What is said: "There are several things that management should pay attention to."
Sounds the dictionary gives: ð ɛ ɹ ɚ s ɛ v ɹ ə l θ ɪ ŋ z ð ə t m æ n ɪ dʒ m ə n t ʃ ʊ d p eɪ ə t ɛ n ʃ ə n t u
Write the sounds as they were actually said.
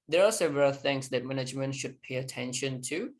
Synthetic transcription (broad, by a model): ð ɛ ɹ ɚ s ɛ v ɹ ə l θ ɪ ŋ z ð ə t m æ n ɪ dʒ m ə n t ʃ ʊ d p eɪ ə t ɛ n ʃ ə n t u